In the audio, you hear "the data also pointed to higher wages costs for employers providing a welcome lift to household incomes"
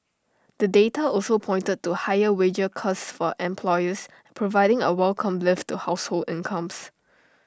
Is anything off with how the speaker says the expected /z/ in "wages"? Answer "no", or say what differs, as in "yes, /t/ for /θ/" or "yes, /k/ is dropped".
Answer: yes, /z/ is dropped